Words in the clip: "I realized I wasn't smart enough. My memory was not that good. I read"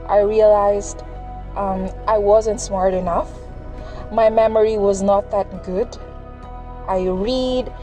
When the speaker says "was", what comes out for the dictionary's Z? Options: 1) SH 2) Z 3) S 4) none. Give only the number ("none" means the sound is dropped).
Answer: 2